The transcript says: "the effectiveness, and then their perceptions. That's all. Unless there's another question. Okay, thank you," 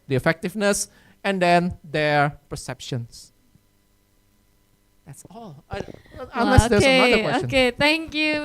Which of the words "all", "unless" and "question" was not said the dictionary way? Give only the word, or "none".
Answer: question